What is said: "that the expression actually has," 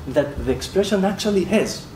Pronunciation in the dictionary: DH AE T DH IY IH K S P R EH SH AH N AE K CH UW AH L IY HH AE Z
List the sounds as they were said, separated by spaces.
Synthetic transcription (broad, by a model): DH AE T DH IY IH K S P R EH SH AH N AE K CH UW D L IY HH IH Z